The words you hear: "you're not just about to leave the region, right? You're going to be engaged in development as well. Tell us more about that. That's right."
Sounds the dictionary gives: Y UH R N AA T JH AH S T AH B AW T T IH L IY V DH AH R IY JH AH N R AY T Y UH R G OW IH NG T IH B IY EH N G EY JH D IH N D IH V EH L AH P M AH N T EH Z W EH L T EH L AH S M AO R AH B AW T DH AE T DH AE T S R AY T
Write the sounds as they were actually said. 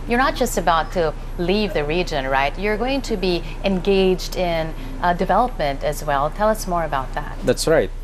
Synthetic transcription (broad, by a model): Y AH R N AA T JH AH S T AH B AW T T IH L IY V DH AH R IY JH AH N R AY T Y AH R G OW IH NG T IH B IY EH N G EY JH D IH N D IH V EH L AH P M AH N T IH Z W EH L T EH L AH S M AO R AH B AW T DH AE T DH AE T S R AY T